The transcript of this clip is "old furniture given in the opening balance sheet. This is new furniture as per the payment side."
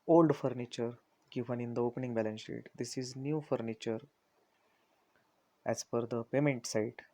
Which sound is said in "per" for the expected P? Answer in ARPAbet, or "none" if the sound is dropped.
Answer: F